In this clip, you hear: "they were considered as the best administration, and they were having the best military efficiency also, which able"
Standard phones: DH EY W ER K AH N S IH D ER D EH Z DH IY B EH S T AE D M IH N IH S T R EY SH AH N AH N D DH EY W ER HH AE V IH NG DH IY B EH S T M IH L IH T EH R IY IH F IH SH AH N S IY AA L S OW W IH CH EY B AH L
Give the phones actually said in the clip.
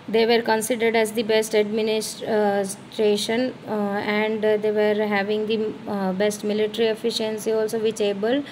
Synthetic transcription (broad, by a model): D EY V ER K AH N S IH D ER D EH Z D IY B EH S T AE D M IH N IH S T R EY SH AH N AH N D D EY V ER HH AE V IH NG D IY B EH S T M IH L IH T R IY IH F IH SH AH N S IY AA L S OW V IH CH EY B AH L